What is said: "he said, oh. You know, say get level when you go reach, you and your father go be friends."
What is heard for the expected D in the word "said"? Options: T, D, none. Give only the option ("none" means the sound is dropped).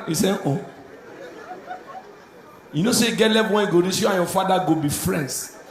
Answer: none